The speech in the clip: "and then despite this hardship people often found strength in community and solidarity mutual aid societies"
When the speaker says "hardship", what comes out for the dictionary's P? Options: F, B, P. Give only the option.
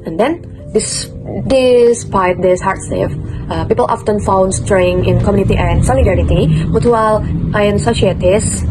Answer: F